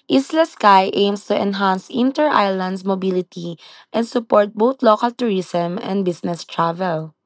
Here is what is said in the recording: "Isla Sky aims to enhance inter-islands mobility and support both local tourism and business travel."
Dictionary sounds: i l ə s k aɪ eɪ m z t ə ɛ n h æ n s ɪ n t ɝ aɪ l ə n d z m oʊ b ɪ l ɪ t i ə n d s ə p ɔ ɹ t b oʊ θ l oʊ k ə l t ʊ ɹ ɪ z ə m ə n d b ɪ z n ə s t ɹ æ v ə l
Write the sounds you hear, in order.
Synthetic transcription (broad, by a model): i l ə s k aɪ eɪ m s t ə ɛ n h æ n s ɪ n t ɝ aɪ l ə n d s m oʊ b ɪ l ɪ t i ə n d s ə p ɔ ɹ t b oʊ t l oʊ k ə l t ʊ ɹ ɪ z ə m ə n d b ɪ s n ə s t ɹ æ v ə l